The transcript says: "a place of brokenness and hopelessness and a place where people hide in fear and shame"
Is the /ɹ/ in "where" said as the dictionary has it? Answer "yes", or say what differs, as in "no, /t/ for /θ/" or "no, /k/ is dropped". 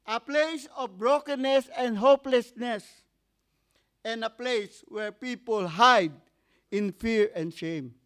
yes